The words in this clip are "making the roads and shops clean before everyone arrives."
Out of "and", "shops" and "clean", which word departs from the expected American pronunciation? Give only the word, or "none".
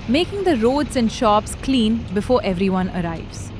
none